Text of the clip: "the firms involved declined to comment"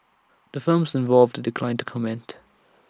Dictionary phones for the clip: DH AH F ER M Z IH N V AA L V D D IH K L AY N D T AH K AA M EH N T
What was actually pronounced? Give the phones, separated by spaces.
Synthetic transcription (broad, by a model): DH AH F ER M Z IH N V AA L V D D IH K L AY N T AH K AA M EH N T